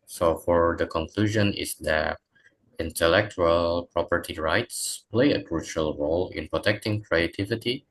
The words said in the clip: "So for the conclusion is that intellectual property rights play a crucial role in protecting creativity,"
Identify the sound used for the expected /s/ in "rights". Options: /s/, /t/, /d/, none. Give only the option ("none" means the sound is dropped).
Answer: /s/